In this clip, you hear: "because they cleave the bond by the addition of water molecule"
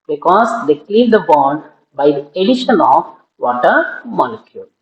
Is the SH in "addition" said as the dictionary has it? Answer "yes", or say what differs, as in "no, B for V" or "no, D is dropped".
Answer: yes